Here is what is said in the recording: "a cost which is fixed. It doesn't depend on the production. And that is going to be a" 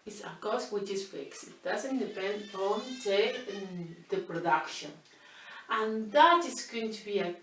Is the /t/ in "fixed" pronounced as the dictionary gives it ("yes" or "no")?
no